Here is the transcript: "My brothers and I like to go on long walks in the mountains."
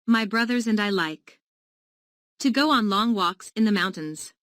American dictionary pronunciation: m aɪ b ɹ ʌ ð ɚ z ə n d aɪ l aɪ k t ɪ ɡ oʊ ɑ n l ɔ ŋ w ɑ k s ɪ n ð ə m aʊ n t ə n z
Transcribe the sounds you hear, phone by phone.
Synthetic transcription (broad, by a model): m aɪ b ɹ ʌ ð ɚ z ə n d aɪ l aɪ k t ɪ ɡ oʊ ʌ n l ɔ ŋ w ɑ k s ɪ n ð ə m aʊ n t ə n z